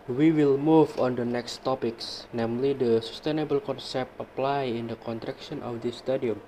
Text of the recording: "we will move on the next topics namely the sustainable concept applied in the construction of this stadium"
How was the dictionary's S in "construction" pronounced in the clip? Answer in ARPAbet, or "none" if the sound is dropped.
none